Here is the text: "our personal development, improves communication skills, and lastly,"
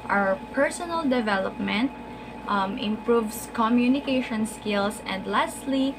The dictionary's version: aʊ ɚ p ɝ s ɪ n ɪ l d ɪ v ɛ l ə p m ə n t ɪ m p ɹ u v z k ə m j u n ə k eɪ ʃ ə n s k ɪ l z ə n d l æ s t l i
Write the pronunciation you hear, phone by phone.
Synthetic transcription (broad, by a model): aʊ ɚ p ɝ s ɪ n ɪ l d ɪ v ɛ l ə p m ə n t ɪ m p ɹ u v s k ə m j u n ə k eɪ ʃ ə n s k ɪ l s ə n d l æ s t l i